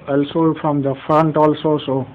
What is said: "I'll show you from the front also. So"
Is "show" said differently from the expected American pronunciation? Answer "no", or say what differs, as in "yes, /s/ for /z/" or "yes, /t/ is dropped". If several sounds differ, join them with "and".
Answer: yes, /s/ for /ʃ/